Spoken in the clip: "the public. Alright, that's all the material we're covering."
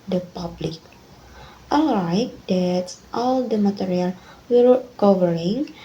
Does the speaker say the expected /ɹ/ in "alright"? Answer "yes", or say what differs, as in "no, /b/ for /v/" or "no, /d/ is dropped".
no, /ɹ/ is dropped